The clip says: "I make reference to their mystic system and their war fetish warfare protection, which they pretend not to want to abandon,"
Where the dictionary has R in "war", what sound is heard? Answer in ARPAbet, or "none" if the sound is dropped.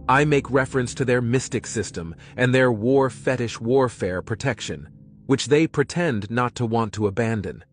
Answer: R